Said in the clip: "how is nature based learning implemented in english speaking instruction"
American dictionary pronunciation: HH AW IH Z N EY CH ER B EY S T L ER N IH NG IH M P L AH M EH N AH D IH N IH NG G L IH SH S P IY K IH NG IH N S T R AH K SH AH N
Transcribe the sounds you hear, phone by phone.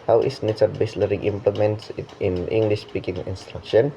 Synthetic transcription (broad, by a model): HH AW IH S N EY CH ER B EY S L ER IH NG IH M P L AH M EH N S IH N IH NG G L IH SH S P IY K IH NG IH N S T R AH K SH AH N